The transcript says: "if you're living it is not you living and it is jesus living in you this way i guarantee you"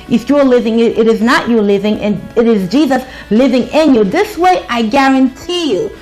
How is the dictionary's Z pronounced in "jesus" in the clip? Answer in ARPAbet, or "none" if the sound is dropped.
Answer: Z